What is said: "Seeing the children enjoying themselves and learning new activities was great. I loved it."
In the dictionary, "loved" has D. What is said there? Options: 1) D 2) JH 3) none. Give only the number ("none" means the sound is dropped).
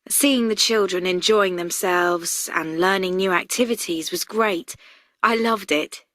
1